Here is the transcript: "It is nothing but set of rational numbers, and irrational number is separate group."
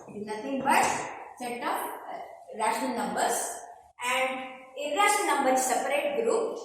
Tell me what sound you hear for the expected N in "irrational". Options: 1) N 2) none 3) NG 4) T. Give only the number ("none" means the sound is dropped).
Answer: 2